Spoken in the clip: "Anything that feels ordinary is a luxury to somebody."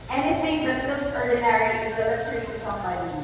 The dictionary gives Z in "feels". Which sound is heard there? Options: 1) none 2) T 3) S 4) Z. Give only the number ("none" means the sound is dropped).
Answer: 3